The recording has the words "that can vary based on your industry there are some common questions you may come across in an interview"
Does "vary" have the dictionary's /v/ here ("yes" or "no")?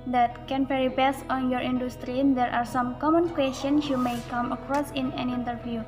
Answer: no